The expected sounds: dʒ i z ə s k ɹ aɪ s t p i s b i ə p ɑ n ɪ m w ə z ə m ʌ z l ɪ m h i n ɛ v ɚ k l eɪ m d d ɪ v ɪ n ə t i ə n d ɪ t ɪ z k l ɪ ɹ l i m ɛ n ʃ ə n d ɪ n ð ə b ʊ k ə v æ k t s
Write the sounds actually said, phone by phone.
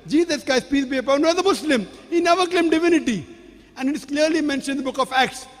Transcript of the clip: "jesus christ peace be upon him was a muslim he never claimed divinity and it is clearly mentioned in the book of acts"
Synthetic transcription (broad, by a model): dʒ i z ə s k aɪ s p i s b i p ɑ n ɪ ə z ə m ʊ s l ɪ m h i n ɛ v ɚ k l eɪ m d d ɪ v ɪ n ə t i ə n d ɪ t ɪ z k l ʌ ɹ l i m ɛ n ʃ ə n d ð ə b ʊ k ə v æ k t s